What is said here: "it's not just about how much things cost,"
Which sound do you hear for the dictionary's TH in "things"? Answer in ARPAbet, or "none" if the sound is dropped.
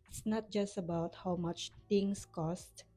T